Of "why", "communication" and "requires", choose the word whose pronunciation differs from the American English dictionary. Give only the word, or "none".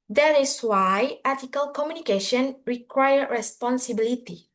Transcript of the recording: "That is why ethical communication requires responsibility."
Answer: requires